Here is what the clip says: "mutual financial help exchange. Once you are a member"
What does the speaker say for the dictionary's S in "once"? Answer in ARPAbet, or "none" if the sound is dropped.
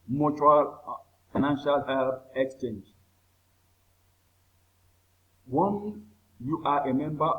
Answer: none